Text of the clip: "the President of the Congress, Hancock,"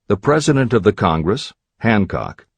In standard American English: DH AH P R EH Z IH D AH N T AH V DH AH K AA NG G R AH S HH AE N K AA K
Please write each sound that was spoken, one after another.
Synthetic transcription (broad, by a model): DH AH P R EH Z IH D AH N T AH V DH AH K AA NG G R AH S HH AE N K AA K